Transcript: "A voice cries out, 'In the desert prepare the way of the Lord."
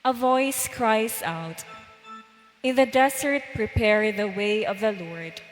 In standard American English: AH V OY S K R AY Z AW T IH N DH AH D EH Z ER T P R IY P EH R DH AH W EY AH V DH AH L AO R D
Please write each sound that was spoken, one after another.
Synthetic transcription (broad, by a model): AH V OY S K R AY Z AW T IH N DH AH D EH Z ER T P R IY P EH R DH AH W EY AH V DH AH L AO R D